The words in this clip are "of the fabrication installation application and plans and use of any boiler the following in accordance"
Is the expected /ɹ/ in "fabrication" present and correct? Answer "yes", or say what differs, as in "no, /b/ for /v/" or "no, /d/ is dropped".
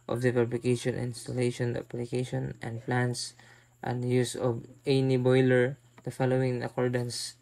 no, /l/ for /ɹ/